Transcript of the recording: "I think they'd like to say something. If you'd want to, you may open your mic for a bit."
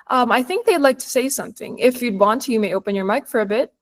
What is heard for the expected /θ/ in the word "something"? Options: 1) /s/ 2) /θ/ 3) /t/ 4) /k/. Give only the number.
2